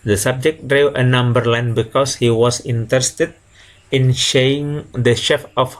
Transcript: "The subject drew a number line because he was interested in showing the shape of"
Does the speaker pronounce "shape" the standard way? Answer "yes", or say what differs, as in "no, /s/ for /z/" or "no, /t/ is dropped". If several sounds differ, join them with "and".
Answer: no, /f/ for /p/